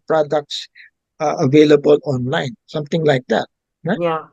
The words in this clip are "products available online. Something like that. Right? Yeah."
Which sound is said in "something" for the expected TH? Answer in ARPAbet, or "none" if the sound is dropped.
T